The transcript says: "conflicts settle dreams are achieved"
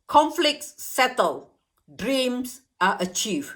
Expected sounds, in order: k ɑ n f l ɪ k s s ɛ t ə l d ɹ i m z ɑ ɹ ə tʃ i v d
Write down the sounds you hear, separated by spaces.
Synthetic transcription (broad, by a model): k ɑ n f l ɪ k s s ɛ t ə l d ɹ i m s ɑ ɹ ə tʃ i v